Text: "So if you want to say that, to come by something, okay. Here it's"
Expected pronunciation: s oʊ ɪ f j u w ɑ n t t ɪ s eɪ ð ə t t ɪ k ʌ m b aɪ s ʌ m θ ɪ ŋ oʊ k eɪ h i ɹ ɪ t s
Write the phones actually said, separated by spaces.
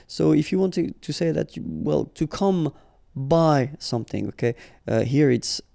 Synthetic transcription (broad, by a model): s oʊ ɪ f j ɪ w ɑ n t t ɪ s eɪ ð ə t t ɪ k ʌ m b aɪ s ʌ m θ ɪ ŋ oʊ k eɪ h i ɹ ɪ t s